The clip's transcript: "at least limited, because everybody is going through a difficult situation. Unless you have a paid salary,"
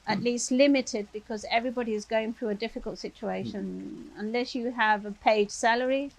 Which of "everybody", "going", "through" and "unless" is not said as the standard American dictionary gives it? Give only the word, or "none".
none